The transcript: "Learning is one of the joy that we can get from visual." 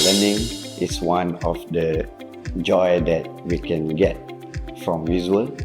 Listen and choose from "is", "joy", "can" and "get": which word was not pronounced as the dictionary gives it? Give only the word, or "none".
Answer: is